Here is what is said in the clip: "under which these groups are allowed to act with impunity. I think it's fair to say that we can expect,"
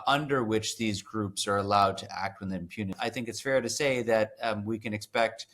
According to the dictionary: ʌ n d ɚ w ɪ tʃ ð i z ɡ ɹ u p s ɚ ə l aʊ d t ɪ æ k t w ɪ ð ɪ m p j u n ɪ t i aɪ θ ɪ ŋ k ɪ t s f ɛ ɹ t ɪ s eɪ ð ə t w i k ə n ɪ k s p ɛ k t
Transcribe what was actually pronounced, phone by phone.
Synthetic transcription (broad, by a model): ʌ n d ɚ w ɪ tʃ ð i z ɡ ɹ u p s ɚ ə l aʊ d t ɪ æ k t w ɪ ð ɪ m p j u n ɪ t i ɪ θ ɪ ŋ k ɪ t s f ɛ ɹ t ɪ s eɪ ð ə t w i k ə n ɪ k s p ɛ k t